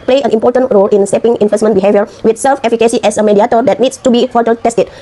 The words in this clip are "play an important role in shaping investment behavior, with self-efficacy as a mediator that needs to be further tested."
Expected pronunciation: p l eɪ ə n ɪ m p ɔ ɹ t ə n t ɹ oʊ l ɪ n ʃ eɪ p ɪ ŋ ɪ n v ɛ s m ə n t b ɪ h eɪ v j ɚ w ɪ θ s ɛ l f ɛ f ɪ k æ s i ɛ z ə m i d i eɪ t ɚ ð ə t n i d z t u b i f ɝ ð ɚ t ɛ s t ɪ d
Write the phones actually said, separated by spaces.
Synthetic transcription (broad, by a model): p l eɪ ə n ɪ m p ɔ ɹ t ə n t ɹ oʊ l ɪ n s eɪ p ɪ ŋ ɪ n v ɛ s m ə n b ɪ h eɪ v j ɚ w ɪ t s ɛ l f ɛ f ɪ k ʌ s i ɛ s ə m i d i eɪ t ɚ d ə t n i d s t u b i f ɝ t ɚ t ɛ s t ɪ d